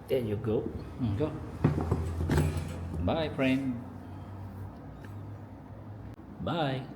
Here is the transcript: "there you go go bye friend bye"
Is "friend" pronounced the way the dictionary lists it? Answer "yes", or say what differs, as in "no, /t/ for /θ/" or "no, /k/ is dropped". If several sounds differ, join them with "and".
no, /p/ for /f/